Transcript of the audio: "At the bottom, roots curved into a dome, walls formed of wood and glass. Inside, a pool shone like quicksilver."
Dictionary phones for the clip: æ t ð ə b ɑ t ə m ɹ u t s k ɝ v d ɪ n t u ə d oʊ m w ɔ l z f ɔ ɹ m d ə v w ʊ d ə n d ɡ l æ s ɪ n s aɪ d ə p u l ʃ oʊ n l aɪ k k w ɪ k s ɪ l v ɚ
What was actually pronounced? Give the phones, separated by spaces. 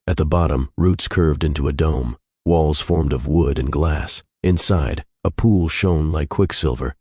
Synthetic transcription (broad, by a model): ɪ t ð ə b ɑ t ə m ɹ u t s k ɝ v d ɪ n t u ə d oʊ m w ɔ l z f ɔ ɹ m d ə v w ʊ d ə n ɡ l æ s ɪ n s aɪ d ə p u l ʃ oʊ n l aɪ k k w ɪ k s ɪ l v ɚ